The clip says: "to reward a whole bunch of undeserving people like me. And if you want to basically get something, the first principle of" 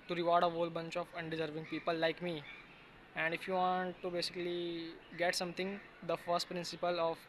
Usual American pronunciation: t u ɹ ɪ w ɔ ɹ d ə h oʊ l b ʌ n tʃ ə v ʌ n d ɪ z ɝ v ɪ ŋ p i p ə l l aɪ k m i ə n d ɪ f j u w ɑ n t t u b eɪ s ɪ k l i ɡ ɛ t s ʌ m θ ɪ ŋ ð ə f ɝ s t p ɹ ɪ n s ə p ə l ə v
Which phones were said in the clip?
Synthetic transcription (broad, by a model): t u ɹ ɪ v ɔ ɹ d ə h oʊ l b ʌ n tʃ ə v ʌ n d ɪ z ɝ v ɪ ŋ p i p ə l l aɪ k m i ə n d ɪ f j u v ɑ n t t u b eɪ s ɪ k l i ɡ ɛ t s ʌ m t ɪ ŋ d ə f ɝ s t p ɹ ɪ n s ə p ə l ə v